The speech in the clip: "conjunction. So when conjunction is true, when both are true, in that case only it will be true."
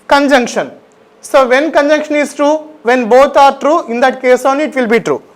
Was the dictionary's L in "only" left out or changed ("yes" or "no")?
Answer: yes